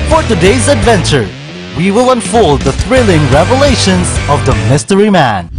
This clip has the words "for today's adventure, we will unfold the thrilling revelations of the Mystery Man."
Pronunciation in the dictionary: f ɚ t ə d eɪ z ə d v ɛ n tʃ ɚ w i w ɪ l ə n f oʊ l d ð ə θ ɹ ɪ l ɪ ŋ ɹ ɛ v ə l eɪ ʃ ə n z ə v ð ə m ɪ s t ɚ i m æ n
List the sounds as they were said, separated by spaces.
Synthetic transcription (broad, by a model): f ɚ t ə d eɪ z ə d v ɛ n tʃ ɚ w i w ɪ l ə n f oʊ l d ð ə θ ɹ ɪ l ɪ ŋ ɹ ɛ v ə l eɪ ʃ ə n z ə v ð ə m ɪ s t ɚ i m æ n